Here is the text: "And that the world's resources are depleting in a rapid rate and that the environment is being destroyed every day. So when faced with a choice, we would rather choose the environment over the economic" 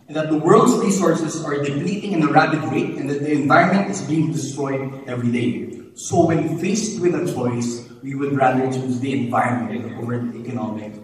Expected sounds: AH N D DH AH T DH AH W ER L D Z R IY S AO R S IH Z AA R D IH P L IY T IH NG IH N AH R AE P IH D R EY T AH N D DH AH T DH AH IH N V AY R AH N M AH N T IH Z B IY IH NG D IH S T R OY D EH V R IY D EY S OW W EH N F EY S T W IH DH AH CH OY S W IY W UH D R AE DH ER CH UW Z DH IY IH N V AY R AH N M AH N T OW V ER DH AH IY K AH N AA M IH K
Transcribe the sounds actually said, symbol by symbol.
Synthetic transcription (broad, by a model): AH N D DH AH T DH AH W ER L D S R IY S AO R S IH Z AA R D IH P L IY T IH NG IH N AH R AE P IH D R EY T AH N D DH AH T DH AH IH N V AY R AH N M AH N T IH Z B IY IH NG D IH S T R OY D EH V R IY D EY S OW W EH N F EY S T W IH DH AH CH OY S W IY W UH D R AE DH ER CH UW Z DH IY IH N V AY R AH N M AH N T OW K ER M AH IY K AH N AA M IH K